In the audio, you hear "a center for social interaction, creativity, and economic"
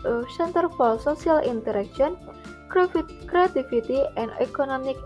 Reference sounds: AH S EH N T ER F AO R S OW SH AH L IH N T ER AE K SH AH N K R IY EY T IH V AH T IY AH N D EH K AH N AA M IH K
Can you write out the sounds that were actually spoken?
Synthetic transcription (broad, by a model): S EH N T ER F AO L S OW S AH L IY N T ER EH K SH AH N K R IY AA T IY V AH T IY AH N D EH K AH N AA M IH K